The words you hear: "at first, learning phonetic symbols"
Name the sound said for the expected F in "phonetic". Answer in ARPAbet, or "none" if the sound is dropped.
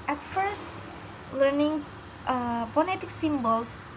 P